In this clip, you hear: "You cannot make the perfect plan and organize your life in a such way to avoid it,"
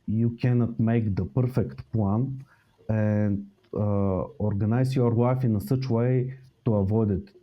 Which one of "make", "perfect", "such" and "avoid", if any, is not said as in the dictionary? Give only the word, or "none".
none